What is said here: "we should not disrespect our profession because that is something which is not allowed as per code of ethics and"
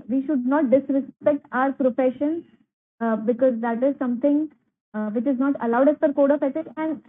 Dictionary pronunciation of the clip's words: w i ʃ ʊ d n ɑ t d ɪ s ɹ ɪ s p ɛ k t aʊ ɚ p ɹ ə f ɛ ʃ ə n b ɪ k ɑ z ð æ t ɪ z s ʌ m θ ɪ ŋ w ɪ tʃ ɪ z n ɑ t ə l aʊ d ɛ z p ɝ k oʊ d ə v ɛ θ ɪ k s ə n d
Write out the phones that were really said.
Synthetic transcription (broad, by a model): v i ʃ ʊ d n ɑ t d ɪ s ɹ ɪ s p ɛ k t aʊ ɚ p ɹ ə f ɛ ʃ ə n b ɪ k ɑ z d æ t ɪ z s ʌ m t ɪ ŋ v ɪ tʃ ɪ z n ɑ t ə l aʊ d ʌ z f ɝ k oʊ d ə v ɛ t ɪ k ə n d